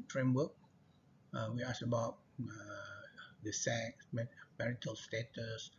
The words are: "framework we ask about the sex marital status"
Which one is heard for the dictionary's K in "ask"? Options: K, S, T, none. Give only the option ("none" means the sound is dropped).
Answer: none